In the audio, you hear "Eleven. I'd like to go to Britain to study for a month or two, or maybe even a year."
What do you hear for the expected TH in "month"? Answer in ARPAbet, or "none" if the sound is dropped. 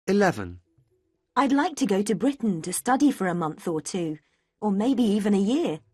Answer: TH